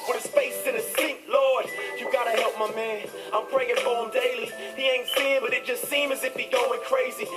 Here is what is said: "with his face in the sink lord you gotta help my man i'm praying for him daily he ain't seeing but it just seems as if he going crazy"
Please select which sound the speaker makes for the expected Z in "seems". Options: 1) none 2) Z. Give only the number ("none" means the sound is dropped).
1